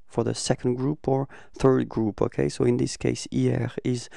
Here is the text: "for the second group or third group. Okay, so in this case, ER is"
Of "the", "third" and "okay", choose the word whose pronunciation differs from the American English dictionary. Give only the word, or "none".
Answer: none